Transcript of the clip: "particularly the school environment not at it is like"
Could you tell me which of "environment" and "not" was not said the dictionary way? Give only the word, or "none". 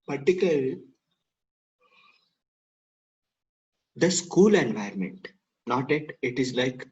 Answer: environment